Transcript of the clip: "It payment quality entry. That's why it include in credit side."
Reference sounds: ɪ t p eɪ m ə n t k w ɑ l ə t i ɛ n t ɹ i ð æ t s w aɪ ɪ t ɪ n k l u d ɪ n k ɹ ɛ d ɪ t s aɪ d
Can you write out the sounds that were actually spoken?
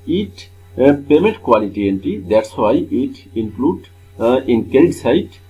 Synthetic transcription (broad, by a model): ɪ t p eɪ m ə n t k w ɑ l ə t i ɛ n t i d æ t s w aɪ ɪ t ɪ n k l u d ɪ n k ɛ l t s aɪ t